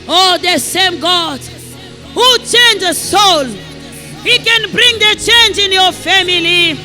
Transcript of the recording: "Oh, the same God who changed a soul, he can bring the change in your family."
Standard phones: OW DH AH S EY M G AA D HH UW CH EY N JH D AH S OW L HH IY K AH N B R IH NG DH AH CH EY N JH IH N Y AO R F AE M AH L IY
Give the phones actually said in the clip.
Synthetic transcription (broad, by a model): OW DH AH S EY M G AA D HH UW CH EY N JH AH S OW L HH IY K AH N B R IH NG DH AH CH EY N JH IH N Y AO F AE M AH L IY